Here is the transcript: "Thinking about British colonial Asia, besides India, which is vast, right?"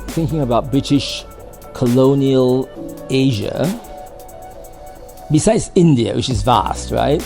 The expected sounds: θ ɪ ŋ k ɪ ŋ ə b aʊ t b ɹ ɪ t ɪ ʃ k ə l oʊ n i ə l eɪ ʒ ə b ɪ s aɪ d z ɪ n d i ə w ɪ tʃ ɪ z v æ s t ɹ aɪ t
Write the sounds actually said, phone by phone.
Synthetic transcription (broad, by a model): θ ɪ ŋ k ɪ ŋ ə b aʊ t b ɹ ɪ t ɪ ʃ k ə l oʊ n i ə l eɪ ʒ ə b ɪ s aɪ d z ɪ n d i ə w ɪ tʃ ɪ z v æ s t ɹ aɪ t